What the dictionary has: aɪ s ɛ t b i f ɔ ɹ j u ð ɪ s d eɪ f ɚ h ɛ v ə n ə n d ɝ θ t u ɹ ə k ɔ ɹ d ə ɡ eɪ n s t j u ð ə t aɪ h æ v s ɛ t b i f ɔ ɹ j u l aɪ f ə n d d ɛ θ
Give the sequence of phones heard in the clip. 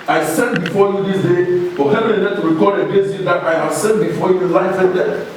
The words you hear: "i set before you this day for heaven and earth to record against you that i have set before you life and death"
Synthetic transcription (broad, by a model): aɪ s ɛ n b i f ɔ j u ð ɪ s d eɪ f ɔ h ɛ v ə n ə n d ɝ t u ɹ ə k ɔ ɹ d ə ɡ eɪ s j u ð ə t aɪ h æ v s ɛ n b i f ɔ j u l aɪ f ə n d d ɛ